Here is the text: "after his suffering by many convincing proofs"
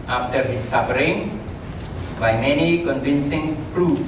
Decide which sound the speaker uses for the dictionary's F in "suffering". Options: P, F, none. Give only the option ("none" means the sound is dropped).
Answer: P